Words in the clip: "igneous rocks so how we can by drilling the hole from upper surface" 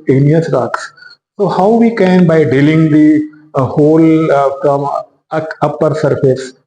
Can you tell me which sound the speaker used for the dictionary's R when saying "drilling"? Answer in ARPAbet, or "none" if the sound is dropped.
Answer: none